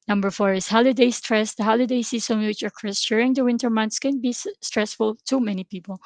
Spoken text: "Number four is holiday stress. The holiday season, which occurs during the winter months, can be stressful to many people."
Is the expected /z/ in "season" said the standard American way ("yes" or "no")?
no